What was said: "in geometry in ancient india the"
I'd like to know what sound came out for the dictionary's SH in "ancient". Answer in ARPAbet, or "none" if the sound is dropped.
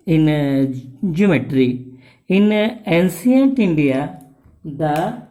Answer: S